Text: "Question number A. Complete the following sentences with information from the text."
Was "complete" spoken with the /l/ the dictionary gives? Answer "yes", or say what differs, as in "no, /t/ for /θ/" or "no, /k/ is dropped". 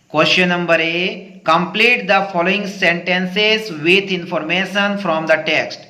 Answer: yes